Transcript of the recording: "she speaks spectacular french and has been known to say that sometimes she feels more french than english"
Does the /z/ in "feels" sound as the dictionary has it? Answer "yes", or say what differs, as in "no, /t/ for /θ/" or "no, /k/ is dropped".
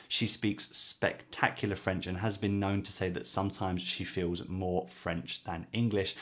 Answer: yes